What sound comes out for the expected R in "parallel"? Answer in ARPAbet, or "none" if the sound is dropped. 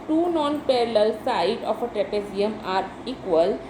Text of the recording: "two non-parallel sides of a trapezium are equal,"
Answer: R